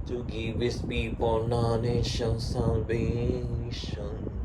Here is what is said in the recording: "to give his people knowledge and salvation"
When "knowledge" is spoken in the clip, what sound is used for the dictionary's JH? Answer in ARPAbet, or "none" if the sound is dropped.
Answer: SH